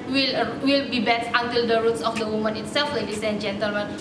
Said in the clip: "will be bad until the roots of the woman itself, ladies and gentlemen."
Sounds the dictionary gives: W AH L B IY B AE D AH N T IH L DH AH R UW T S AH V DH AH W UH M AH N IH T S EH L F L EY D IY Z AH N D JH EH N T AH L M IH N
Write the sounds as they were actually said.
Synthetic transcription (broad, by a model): W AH L B IY B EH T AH N T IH L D AH R UW T S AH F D AH W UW M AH N IH T S EH L F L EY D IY S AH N JH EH N T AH L M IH N